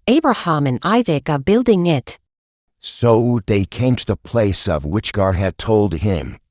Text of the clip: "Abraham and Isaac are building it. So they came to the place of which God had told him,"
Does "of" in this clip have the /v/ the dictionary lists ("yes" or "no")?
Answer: yes